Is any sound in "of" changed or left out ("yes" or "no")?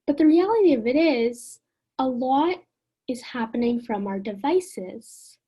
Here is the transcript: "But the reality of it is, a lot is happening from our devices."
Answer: no